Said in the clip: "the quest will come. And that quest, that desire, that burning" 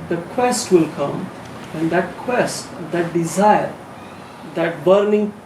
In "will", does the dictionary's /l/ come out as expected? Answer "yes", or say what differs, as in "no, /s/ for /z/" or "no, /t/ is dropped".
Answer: yes